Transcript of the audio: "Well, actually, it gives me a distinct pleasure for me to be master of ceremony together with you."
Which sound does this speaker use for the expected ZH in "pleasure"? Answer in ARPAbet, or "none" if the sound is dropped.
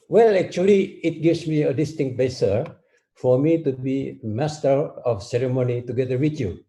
S